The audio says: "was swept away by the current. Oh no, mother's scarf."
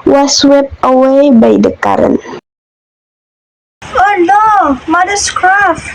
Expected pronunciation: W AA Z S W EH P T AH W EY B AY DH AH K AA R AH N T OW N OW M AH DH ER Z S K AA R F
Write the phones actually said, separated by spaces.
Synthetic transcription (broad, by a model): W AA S W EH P AH W EY B AY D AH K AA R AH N OW N OW M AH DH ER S K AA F